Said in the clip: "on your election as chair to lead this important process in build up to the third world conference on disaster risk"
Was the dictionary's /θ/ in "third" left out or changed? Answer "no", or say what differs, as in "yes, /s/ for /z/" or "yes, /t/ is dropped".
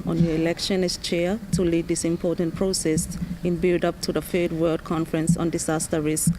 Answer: yes, /f/ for /θ/